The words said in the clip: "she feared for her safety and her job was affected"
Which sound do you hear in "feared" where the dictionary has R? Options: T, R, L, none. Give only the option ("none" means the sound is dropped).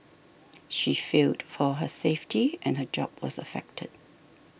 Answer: L